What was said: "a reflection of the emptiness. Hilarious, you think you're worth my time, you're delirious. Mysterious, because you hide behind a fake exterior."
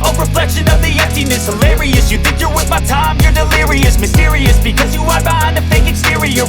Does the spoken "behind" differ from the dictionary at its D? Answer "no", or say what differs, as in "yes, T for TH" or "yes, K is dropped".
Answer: yes, D is dropped